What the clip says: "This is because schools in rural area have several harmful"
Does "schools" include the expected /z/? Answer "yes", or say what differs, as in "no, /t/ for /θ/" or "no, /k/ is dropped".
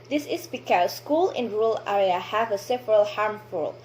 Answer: no, /z/ is dropped